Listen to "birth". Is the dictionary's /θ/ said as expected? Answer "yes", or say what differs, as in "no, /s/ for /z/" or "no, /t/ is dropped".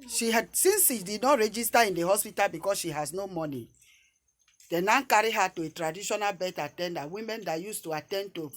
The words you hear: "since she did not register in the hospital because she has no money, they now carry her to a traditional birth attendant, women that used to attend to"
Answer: no, /t/ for /θ/